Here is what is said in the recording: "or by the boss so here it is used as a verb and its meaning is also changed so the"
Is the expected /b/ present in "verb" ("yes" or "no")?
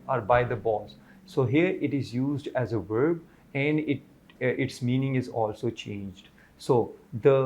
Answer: yes